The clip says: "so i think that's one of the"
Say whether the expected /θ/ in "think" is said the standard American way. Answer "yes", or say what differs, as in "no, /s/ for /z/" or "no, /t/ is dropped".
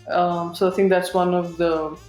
no, /t/ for /θ/